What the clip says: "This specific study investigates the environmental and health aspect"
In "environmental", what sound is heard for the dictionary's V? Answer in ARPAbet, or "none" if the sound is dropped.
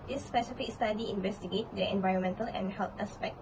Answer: V